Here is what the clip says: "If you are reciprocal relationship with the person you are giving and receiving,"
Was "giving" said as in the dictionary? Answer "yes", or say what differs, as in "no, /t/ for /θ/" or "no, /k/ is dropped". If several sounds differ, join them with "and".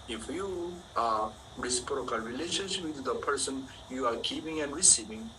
no, /p/ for /v/